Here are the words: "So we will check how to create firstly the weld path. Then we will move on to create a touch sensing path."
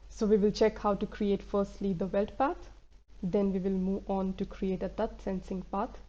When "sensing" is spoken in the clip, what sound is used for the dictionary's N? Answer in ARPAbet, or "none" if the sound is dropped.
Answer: N